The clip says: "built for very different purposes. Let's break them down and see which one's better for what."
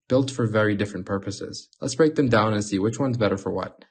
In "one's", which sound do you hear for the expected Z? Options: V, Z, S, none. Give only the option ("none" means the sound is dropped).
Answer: Z